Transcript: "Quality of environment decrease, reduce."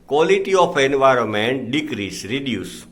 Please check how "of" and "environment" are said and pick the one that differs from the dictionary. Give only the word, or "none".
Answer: of